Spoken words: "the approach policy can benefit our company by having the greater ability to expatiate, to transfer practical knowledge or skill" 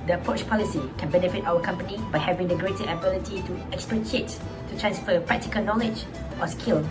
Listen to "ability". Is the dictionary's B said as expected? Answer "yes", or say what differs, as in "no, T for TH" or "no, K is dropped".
yes